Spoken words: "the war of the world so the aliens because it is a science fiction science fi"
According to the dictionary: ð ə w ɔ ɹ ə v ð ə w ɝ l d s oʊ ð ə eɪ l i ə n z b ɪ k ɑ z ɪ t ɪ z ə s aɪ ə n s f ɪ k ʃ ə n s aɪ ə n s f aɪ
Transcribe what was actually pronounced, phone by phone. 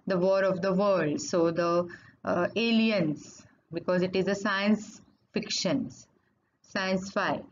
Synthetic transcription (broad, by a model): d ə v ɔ ɹ ə v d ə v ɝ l d s oʊ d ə eɪ l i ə n s b ɪ k ɑ z ɪ t ɪ z ə s aɪ ə n s f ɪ k ʃ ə n s aɪ ə n s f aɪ